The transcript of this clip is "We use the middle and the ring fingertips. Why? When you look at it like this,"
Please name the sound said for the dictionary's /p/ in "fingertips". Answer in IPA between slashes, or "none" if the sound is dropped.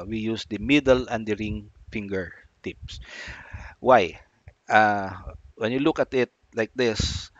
/p/